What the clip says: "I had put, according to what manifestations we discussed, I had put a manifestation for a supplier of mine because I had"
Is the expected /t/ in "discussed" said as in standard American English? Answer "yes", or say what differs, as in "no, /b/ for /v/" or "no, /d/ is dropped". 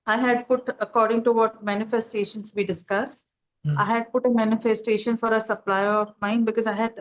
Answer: yes